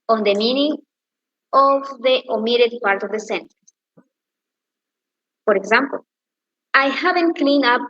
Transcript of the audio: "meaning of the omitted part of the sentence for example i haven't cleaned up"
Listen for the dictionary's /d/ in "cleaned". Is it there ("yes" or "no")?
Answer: no